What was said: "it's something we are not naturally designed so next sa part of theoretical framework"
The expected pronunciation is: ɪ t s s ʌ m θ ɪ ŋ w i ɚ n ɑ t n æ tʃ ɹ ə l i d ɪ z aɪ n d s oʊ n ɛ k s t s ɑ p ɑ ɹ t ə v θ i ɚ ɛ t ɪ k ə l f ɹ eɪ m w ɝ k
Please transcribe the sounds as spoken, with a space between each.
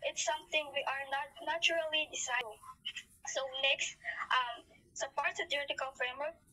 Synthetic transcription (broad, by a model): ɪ t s s ʌ m θ ɪ ŋ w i ɚ n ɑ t n æ tʃ ɹ ə l i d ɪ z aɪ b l s oʊ n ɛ k s t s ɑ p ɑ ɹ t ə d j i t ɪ k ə l f ɹ eɪ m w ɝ k